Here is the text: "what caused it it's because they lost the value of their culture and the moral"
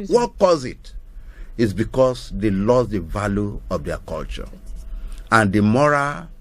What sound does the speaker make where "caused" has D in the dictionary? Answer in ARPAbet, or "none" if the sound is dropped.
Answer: none